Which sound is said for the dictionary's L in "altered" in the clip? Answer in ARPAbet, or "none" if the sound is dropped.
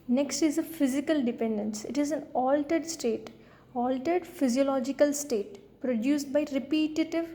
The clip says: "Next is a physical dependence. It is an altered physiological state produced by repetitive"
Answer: L